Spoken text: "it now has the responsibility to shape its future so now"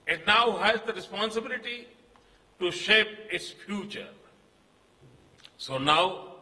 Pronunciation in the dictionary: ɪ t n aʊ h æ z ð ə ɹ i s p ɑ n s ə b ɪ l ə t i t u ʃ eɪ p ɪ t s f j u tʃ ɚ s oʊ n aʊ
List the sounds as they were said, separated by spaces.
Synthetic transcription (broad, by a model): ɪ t n aʊ h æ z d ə ɹ i s p ɑ n s ə b ɪ l ə t i t u ʃ eɪ p ɪ t s f j u tʃ ɚ s oʊ n aʊ